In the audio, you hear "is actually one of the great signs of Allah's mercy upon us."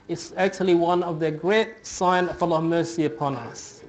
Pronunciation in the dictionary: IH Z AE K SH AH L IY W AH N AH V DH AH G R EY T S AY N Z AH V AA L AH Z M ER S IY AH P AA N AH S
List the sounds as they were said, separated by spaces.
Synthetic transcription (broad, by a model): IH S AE K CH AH L IY W AH N AH V DH AH G R EY T S AY N AH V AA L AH M ER S IY AH P AA N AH S